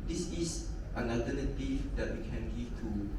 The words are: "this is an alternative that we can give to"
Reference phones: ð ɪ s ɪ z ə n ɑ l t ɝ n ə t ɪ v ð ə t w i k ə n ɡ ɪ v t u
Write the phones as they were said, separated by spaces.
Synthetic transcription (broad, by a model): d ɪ s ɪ s ə n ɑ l t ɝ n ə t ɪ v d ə t w i k ə n ɡ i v t u